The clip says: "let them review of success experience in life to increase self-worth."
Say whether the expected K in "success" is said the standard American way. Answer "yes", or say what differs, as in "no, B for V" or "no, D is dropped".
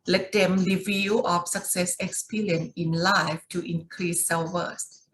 yes